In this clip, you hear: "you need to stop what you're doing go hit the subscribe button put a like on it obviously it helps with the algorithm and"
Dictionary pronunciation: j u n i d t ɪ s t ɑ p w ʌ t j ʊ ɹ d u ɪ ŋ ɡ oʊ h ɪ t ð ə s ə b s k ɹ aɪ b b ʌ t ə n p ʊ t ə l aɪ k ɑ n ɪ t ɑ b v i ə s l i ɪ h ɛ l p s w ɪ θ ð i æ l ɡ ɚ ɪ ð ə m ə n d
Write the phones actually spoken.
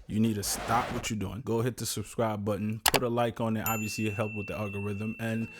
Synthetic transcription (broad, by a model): j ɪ n i d t ɪ s t ɑ p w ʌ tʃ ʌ ɹ d u ɪ ŋ ɡ oʊ h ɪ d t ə s ə b s k ɹ aɪ b b ʌ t n p ʊ t ə l aɪ k n ɪ t ɑ b v i ə s l i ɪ h ɛ l p w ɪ ð i æ l ɡ ɚ ɪ ð ə m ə n